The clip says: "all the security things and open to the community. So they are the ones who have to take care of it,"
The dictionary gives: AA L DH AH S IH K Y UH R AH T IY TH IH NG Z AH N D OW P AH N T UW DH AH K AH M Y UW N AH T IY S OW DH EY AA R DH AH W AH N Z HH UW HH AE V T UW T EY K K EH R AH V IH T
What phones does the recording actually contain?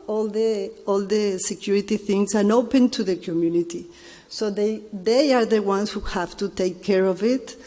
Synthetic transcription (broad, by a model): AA L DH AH S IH K Y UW R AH T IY TH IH NG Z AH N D OW P AH N T UW DH AH K AH M Y UW N AH T IY S OW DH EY AA R DH AH W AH N S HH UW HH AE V T UW T EY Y K EH R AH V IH T